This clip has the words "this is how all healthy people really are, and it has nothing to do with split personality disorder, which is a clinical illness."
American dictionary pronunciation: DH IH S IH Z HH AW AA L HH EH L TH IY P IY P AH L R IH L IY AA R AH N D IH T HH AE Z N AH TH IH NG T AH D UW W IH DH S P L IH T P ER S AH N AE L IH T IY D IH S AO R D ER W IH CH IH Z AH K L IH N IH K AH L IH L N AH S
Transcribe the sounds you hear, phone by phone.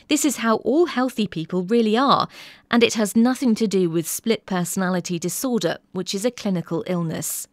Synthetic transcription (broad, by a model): DH IH S IH Z HH AW AA L HH EH L TH IY P IY P AH L R IH L IY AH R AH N IH T HH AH Z N AH TH IH NG T AH D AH W IH DH S P L IH T P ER S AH N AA L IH T IY D IH S AO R D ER W IH CH IH Z AH K L IH N IH K AH L IH L N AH S